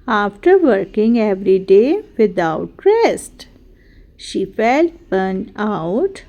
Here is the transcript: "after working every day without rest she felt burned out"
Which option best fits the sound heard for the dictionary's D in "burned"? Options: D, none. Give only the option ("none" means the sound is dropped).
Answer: none